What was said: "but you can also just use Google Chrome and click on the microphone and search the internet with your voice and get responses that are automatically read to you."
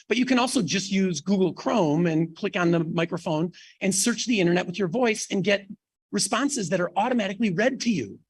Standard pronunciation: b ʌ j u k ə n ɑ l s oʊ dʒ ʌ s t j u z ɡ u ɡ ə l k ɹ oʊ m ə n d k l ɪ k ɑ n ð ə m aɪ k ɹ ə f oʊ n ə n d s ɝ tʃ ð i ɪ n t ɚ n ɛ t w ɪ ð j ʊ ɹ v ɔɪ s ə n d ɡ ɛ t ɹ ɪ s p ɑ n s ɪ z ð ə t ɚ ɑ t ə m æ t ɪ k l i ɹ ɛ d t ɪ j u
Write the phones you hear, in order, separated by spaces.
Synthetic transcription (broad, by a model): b ʌ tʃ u k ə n ɑ l s oʊ dʒ ʌ s t j u z ɡ u ɡ l k ɹ oʊ m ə n k l ɪ k n ð ə m aɪ k ɹ ə f oʊ n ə n s ɝ tʃ ð i ɪ t ɚ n ɛ t w ɪ ð j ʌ ɹ v ɔɪ s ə n ɡ ɛ t ɹ ɪ s p ɑ n s ɪ z ð ə t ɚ ɑ t ə m æ t ɪ k l i ɹ ɛ d t ɪ j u